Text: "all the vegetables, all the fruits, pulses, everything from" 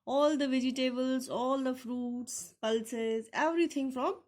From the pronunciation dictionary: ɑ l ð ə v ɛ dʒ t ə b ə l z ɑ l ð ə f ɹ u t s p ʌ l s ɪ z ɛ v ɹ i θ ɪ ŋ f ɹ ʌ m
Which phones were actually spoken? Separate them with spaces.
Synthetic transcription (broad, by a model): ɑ l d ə v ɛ dʒ t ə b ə l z ɑ l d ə f ɹ u t s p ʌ l s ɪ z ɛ v ɹ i t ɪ ŋ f ɹ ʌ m